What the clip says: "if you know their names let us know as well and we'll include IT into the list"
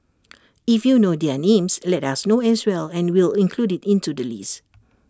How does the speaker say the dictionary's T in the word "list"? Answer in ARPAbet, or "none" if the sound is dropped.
none